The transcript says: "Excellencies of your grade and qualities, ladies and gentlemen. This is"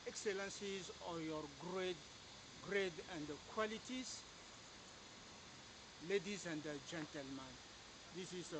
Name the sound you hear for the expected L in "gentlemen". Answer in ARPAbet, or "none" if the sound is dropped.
L